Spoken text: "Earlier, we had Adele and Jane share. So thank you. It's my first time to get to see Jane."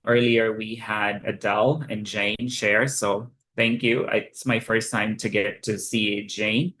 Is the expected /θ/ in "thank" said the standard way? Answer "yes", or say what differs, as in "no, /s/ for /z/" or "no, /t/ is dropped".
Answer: yes